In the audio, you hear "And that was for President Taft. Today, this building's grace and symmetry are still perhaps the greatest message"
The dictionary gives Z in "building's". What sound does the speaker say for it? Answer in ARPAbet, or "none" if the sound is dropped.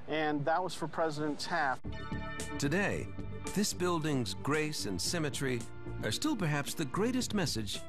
Z